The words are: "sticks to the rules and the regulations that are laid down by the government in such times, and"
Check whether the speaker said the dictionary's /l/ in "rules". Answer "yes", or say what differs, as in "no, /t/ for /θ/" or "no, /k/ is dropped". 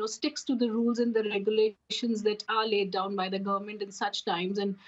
yes